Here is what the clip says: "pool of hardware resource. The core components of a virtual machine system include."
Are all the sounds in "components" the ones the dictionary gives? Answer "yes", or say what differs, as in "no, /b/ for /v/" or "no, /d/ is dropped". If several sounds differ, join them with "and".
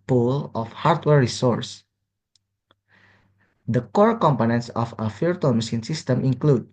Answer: yes